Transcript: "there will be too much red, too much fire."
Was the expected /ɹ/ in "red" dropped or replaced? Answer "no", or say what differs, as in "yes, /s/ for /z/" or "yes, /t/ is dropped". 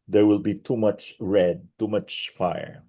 no